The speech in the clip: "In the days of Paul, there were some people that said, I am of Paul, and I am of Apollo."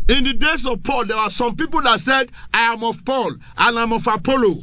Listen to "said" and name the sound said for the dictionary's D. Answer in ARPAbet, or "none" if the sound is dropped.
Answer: D